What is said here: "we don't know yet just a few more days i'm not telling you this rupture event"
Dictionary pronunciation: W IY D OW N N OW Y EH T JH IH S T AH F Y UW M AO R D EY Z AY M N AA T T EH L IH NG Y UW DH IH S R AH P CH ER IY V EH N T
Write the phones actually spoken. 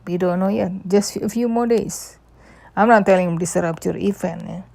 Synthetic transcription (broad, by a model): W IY D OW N N OW Y EH T JH IH S T AH F Y UW M AO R D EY S AY M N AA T T EH L IH NG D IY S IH R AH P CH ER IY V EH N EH